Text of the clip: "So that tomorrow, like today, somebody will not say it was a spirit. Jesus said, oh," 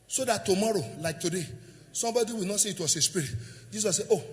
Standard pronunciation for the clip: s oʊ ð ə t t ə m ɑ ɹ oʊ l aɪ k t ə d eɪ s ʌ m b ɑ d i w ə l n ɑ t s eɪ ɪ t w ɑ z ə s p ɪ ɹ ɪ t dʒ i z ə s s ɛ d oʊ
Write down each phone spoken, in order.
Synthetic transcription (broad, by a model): s oʊ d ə t t ə m ɑ ɹ oʊ l aɪ k t ə d eɪ s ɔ m b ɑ d i w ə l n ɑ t s eɪ ɪ t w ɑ s ə s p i ɹ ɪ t dʒ i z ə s s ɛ oʊ